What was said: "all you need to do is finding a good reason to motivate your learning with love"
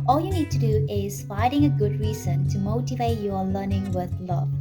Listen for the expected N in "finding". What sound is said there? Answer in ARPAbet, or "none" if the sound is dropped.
none